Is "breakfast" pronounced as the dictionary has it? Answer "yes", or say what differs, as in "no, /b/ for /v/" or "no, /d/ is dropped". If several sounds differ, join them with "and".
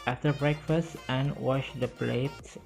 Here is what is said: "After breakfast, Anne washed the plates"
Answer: yes